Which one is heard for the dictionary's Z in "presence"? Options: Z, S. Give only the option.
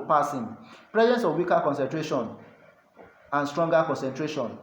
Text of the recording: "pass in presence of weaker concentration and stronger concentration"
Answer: Z